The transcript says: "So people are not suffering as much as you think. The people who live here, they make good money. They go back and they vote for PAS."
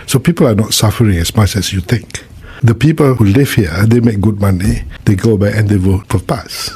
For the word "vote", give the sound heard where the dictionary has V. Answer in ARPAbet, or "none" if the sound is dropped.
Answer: W